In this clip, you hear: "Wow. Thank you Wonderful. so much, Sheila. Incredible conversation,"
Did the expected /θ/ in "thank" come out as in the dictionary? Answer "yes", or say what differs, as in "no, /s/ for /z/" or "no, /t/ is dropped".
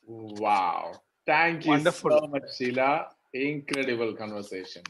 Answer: no, /t/ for /θ/